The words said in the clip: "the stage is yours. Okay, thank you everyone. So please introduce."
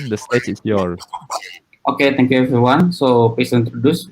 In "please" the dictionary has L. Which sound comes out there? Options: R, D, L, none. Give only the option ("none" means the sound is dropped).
none